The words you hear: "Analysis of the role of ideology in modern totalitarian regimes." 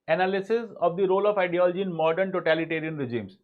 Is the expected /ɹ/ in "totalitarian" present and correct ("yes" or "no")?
yes